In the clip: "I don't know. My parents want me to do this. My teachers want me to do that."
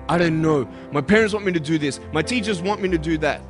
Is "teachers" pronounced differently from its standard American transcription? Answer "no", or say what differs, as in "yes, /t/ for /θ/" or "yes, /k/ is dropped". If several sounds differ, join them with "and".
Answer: no